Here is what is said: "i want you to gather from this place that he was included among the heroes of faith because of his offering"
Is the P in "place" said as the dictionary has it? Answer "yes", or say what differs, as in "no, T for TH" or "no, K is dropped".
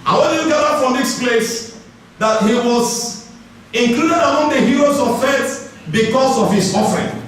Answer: yes